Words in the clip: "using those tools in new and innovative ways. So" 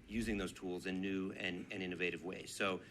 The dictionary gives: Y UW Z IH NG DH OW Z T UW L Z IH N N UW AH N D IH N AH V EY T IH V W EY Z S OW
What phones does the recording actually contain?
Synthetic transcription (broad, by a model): Y UW Z IH NG DH OW Z T UW L Z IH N N UW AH N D IH N AH V EY T IH V W EY Z S OW